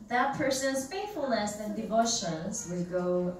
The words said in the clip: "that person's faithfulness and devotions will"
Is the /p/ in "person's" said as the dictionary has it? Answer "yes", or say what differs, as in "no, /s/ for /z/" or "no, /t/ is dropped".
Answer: yes